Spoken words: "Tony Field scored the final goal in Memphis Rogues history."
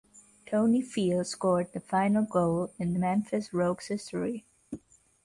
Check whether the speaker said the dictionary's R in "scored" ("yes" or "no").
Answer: yes